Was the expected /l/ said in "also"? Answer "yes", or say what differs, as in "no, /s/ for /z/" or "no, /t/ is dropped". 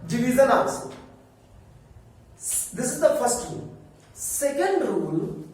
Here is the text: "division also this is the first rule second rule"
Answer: no, /n/ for /l/